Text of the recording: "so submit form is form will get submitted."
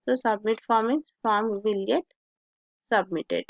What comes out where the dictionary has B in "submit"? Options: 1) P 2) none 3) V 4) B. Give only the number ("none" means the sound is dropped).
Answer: 4